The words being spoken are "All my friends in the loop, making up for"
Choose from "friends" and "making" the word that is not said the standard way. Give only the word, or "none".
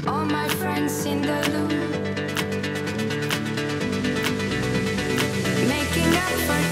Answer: friends